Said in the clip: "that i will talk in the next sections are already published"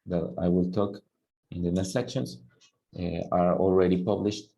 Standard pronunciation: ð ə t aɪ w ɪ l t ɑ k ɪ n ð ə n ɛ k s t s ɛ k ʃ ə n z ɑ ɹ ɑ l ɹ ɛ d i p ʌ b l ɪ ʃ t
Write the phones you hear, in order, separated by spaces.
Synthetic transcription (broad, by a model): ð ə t aɪ w ɪ l t ɑ k ɪ n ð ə n ɛ k s t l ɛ k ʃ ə n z ɑ ɹ ɑ l ɹ ɛ d i p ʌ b l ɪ ʃ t